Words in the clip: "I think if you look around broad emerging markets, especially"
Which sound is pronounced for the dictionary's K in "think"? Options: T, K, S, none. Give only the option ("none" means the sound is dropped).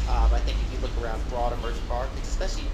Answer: K